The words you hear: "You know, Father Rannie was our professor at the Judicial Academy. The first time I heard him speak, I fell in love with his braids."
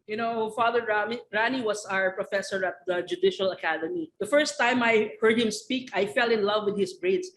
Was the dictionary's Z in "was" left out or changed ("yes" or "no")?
yes